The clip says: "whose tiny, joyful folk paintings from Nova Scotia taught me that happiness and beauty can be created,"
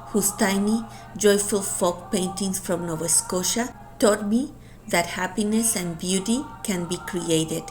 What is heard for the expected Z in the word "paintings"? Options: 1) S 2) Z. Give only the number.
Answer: 1